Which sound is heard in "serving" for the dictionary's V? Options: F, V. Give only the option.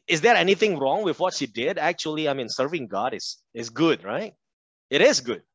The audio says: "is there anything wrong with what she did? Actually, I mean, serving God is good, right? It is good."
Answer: V